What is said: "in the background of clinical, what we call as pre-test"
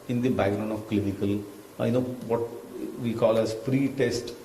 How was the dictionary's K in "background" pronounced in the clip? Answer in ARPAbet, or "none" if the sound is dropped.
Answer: none